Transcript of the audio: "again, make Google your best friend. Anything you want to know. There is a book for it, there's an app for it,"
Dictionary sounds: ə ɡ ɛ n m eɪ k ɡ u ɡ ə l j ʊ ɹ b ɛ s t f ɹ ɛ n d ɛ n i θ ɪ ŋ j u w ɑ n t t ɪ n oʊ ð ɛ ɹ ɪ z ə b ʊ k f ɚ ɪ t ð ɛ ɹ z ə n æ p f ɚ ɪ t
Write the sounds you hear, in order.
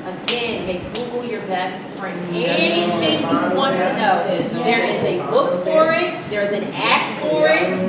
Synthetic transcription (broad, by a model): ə ɡ ɛ n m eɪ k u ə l j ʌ ɹ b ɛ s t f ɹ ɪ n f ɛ i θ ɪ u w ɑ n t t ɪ n oʊ ð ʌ ɹ ɪ z ə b ʊ k f ɚ ɪ t ð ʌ ɹ z ə n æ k f ɚ ɪ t